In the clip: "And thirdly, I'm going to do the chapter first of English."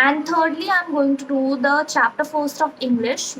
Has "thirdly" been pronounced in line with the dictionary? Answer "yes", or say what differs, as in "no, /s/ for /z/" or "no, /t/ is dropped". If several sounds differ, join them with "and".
no, /t/ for /θ/